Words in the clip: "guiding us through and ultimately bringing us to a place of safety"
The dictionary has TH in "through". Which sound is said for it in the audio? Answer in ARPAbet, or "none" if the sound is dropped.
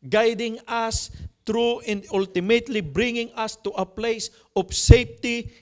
T